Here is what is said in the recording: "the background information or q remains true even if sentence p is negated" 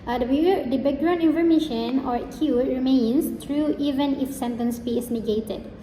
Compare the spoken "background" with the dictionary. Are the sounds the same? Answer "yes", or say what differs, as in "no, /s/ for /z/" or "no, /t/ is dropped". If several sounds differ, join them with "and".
no, /d/ is dropped